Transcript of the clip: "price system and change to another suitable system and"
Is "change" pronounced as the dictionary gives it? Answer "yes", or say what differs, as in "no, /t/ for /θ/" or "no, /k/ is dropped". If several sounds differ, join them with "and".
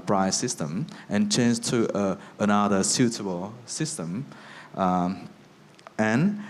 no, /z/ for /dʒ/